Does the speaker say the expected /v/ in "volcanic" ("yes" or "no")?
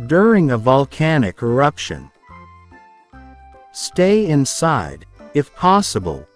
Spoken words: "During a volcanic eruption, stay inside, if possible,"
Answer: yes